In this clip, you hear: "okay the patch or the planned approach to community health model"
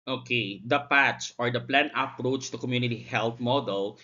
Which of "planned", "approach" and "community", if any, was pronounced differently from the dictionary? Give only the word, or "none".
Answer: planned